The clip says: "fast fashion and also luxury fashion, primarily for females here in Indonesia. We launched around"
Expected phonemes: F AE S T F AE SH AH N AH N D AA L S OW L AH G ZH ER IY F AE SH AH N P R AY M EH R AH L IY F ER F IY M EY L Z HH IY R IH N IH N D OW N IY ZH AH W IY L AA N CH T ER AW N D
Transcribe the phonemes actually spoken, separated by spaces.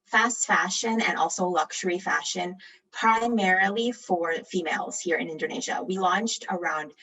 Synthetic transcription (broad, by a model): F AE S T F AE SH AH N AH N AA L S OW L AH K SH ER IY F AE SH AH N P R AY M EH R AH L IY F ER F IY M EY L Z HH IY R IH N IH N D OW N IY ZH AH W IY L AA N CH T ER AW N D